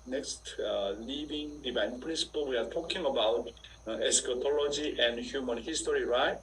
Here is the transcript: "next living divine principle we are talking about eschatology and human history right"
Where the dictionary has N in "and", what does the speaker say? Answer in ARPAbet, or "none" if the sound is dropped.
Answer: N